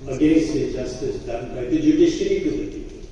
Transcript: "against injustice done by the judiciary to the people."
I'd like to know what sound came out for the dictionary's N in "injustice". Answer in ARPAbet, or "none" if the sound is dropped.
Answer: none